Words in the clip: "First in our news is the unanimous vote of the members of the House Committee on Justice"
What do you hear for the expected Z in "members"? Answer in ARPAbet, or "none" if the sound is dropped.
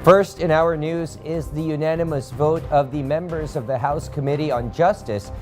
Z